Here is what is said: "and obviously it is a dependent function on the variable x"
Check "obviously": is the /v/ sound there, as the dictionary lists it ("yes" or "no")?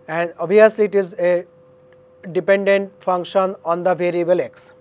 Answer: no